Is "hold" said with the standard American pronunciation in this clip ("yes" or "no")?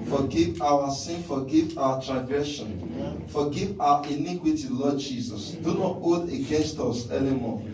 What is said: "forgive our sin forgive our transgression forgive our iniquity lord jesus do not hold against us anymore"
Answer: no